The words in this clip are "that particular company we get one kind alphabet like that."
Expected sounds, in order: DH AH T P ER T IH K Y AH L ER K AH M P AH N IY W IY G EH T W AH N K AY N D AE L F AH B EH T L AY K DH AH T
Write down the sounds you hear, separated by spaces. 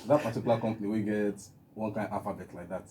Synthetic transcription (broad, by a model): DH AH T P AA T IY K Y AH L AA K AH M P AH N IY W IY G EH T W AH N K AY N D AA F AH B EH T L AY K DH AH T